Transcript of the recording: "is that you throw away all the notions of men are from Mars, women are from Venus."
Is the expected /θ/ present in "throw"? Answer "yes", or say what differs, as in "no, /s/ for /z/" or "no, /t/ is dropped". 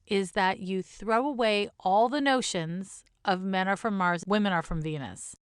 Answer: yes